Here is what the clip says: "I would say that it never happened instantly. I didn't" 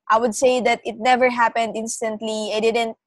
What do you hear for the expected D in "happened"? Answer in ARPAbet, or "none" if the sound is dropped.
D